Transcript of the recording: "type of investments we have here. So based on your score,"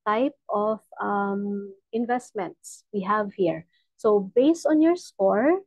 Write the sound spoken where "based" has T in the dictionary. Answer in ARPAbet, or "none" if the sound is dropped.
T